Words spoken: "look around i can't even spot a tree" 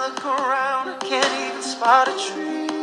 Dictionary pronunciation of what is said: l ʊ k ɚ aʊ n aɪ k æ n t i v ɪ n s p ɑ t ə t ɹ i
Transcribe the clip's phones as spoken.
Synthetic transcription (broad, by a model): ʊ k ɚ aʊ n k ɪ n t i ɪ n s p ɑ t ə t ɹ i